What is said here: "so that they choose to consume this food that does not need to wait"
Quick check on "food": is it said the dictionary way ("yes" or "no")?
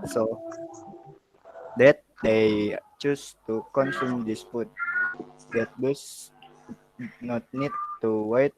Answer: no